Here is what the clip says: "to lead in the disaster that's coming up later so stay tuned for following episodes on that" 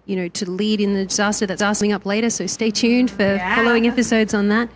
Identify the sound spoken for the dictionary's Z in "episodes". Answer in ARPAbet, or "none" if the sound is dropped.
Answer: Z